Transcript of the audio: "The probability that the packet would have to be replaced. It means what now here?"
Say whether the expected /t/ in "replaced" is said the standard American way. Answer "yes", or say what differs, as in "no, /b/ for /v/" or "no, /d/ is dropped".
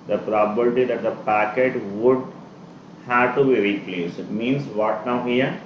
no, /t/ is dropped